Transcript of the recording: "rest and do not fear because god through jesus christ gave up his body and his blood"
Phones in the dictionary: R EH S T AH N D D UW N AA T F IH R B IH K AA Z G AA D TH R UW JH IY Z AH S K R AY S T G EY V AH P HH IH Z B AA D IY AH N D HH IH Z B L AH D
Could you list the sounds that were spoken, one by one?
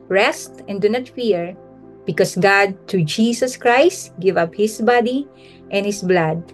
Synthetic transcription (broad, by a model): R EH S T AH N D D UW N AA T F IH R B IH K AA S G AA D T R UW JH IY S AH S K R AY S T G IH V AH P HH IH S B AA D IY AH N HH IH S B L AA D